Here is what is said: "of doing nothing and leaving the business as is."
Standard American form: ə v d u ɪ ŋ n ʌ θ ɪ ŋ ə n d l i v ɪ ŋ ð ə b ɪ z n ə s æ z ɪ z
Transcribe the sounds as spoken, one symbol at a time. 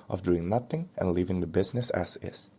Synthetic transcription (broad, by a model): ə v d u ɪ ŋ n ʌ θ ɪ ŋ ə n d l i v ɪ ŋ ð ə b ɪ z n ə s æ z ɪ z